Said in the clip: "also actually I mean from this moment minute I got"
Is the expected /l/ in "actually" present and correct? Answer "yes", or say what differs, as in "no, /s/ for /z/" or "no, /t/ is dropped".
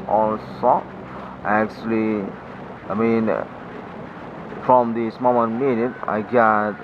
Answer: yes